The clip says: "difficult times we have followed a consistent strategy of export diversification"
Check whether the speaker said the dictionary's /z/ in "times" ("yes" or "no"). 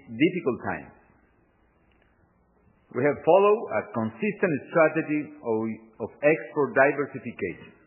no